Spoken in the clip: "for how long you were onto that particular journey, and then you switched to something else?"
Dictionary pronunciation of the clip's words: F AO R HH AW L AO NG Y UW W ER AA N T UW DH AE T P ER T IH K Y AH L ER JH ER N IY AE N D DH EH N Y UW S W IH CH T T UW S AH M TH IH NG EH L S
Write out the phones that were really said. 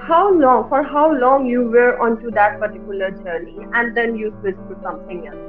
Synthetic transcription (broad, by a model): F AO R HH AW L AO NG Y UW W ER AA N T UW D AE T P ER T IH K Y AH L ER JH ER N IY AE N D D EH N Y UW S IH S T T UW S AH M T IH NG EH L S